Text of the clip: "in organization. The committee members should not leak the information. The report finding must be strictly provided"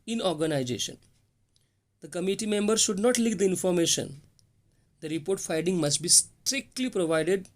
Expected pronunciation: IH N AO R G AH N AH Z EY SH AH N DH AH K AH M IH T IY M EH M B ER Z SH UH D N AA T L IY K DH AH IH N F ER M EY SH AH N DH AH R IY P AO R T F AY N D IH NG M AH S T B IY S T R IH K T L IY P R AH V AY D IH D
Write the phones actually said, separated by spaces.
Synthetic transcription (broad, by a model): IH N AO R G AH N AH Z EY SH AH N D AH K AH M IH T IY M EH M B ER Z SH UH D N AA T L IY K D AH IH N F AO M EY SH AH N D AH R IY P AO R T F AY D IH NG M AH S T B IY S T R IH K T L IY P R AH V AY D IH D